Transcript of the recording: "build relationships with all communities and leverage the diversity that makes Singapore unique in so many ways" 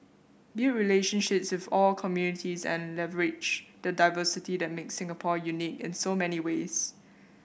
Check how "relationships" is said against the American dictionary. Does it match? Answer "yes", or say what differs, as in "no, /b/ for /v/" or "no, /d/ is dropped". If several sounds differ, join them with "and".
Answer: yes